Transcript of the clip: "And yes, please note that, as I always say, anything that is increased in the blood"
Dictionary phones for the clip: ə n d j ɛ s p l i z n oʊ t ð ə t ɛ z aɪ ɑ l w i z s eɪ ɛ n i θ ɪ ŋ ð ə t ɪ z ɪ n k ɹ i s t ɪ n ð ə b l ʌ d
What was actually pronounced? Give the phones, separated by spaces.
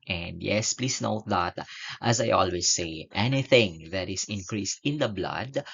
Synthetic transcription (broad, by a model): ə n d j ɛ s p l i s n oʊ t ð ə t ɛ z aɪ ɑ l w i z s eɪ ɛ n i θ ɪ ŋ ð ə t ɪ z ɪ n k ɹ i s t ɪ n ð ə b l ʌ d